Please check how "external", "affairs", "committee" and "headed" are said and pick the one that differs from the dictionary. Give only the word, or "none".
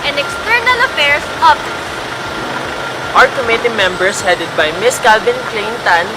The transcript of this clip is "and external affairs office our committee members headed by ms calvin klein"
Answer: affairs